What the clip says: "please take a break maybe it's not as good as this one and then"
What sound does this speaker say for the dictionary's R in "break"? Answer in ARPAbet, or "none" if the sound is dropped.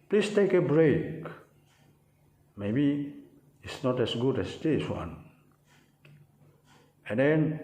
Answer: R